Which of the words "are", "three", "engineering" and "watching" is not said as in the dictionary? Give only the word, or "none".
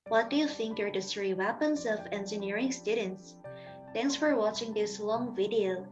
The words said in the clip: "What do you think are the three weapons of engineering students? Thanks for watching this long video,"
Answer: three